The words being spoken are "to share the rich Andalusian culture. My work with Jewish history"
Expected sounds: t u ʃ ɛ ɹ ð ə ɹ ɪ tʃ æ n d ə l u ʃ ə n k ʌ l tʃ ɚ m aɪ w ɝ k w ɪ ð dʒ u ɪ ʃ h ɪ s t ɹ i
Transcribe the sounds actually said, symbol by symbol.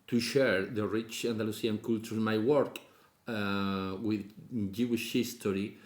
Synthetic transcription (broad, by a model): t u ʃ ɛ ɹ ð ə ɹ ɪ tʃ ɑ n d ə l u s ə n k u l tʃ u m aɪ w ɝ k w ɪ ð dʒ u ɪ ʃ h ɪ s t ɹ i